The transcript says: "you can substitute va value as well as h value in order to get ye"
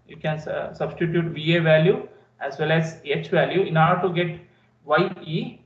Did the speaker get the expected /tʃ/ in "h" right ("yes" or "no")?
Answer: yes